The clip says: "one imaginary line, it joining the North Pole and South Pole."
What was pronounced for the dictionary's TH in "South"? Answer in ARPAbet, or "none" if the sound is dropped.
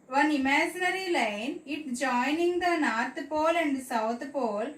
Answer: T